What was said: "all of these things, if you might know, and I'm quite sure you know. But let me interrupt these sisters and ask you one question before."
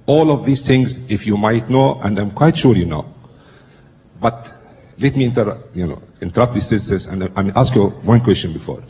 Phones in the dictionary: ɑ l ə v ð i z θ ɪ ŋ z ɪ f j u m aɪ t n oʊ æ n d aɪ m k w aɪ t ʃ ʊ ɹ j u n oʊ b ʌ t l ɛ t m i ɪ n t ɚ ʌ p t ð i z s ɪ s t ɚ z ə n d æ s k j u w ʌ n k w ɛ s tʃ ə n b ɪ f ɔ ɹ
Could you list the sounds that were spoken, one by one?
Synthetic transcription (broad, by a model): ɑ l ə v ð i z θ ɪ ŋ z ɪ f j u m aɪ t n oʊ æ n d aɪ m k w aɪ t ʃ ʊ ɹ j u n oʊ b ʌ t l ɛ t m i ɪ n t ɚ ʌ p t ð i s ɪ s s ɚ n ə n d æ s k j u w ʌ n k w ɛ s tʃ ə n b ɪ f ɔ ɹ